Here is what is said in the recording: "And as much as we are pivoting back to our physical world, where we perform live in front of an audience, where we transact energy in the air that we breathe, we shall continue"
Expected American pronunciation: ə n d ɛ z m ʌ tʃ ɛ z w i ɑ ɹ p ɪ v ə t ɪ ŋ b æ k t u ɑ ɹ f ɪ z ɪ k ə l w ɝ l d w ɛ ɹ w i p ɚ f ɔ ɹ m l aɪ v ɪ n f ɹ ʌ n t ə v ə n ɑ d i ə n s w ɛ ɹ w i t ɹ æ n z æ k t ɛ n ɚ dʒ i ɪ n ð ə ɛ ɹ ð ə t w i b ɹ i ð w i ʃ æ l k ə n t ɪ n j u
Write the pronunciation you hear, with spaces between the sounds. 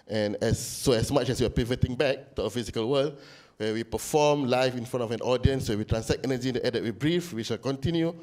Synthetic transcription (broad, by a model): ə n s ɛ s m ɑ tʃ ɛ s w i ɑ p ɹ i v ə t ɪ ŋ b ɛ k t u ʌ f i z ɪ k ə l w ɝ l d w ɛ w i p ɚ f ɔ m l aɪ f ɪ n f ɹ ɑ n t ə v ə n ɑ d i ə n s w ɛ w i t ɹ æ n s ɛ t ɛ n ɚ dʒ i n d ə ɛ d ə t w i b ɹ i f w i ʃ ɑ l k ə n t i n j u